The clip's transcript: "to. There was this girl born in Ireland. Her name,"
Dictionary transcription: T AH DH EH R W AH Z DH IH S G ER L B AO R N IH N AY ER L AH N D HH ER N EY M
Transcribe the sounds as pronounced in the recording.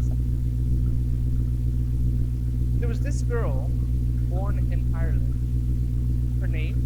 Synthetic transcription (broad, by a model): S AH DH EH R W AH Z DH IH S G ER L B AO R N IH N AY ER L AH N D HH ER N EY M